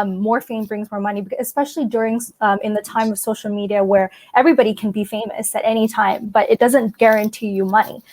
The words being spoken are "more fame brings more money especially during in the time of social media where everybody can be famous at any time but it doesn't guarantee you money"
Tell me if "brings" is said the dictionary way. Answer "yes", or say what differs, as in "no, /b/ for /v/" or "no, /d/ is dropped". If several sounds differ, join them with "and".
yes